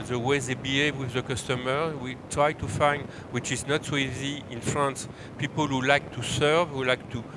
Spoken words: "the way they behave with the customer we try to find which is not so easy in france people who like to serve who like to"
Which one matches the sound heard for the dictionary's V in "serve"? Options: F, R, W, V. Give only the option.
V